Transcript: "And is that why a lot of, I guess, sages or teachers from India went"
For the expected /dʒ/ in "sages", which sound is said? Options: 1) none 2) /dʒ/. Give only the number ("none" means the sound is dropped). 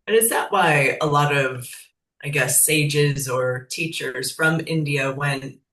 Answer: 2